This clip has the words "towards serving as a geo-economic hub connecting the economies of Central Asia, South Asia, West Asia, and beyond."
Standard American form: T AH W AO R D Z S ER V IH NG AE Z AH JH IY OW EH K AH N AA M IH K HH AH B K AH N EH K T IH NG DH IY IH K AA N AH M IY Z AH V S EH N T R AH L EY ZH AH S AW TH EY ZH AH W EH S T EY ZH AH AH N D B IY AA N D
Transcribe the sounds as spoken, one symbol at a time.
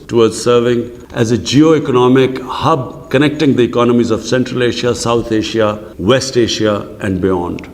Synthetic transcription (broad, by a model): T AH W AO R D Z S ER V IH NG AE Z AH JH IY OW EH K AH N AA M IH K HH AH B K AH N EH K T IH NG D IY IH K AA N AH M IY Z AH V S EH N T R AH L EY SH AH S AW T EY SH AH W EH S T EY SH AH AH N D B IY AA N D